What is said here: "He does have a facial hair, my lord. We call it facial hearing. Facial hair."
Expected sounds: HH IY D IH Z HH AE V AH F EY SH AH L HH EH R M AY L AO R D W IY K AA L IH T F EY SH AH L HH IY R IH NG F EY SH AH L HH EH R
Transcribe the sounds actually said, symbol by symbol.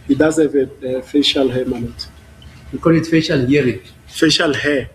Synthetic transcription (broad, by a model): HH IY D IH Z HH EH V AH F EY SH AH L HH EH M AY N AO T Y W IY K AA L IH T F EY SH AH L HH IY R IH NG F EY SH AH L HH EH